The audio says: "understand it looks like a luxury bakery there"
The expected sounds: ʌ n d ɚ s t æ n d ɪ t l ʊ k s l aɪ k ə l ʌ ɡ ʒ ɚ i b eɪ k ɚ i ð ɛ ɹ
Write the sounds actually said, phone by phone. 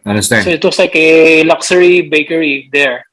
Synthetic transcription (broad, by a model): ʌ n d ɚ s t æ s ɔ ɪ t w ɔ s l aɪ k ə l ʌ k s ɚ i b eɪ k ɚ i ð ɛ ɹ